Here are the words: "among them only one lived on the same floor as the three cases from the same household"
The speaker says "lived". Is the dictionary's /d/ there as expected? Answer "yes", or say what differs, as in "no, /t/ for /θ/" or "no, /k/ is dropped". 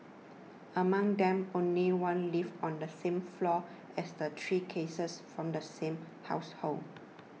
no, /d/ is dropped